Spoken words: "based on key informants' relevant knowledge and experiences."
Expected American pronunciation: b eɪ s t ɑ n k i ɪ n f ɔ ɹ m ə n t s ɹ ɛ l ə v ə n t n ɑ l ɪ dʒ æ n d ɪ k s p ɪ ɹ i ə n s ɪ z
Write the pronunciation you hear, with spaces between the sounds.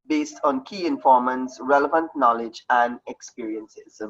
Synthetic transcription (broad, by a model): b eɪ s t ɑ n k i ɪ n f ɔ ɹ m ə n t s ɹ ɛ l ə v ə n t n ɑ l ɪ dʒ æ n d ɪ k s p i ɹ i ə n s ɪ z